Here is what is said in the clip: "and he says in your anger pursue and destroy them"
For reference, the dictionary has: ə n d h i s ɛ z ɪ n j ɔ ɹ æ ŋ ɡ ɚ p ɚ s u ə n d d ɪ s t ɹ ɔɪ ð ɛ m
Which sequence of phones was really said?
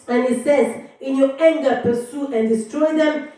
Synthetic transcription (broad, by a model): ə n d h i s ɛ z ɪ n j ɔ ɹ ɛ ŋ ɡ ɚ p ɚ s u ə n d d ɪ s t ɹ ɔɪ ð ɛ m